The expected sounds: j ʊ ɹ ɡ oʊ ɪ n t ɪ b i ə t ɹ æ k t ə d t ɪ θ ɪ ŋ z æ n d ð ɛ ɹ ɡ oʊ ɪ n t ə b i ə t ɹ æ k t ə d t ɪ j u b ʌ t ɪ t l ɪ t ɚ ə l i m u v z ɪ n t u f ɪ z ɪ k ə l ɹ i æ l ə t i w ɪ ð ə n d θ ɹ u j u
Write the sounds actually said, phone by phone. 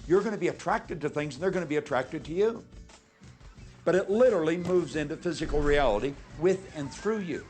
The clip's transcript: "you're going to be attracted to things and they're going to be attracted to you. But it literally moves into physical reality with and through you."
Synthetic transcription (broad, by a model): j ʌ ɹ ɡ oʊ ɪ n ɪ b i ə t ɹ æ k t ə d t ɪ θ ɪ ŋ z n ð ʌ ɹ ɡ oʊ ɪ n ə b i ə t ɹ æ k t ə d t ɪ j u b ʌ t ɪ t l ɪ t ɚ l i m u v z ɪ n t u f ɪ z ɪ k l ɹ i æ l ə t i w ɪ ð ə n θ ɹ u j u